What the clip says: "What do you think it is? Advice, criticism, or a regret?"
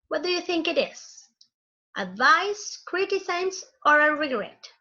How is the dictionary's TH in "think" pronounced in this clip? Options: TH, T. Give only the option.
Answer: TH